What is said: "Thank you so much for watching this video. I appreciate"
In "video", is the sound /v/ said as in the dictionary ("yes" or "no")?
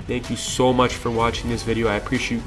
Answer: yes